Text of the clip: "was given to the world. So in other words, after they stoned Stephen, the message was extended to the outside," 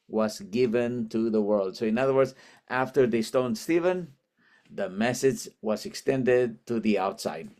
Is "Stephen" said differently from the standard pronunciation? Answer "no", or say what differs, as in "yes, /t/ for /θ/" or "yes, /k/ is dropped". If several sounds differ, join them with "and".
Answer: no